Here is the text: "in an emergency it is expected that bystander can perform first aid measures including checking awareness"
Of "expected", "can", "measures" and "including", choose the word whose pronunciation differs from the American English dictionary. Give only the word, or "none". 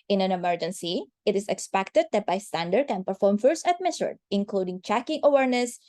measures